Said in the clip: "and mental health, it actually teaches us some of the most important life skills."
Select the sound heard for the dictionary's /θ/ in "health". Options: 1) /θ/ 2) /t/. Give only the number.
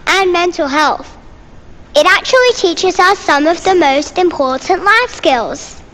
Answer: 1